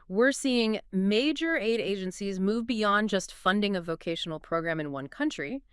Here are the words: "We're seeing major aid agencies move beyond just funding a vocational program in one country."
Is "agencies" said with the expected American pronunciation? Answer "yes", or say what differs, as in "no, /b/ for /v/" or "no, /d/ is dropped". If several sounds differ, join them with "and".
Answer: yes